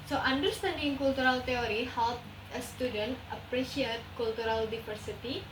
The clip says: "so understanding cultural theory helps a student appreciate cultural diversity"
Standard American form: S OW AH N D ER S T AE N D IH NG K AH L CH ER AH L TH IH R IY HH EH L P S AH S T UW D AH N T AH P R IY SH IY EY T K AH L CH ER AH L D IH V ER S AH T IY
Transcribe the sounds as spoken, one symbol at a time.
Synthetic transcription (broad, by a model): S OW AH N D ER S T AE N D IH NG K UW L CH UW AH L T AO R IY HH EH L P AH S T UW D AH N T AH P R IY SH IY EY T K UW L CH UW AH L D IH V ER S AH T IY